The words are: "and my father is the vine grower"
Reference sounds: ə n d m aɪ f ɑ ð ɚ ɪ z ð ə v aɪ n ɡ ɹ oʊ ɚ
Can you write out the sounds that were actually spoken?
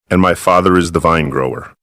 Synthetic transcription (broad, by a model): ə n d m aɪ f ɑ ð ɚ ɪ z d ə v aɪ n ɡ ɹ oʊ ɚ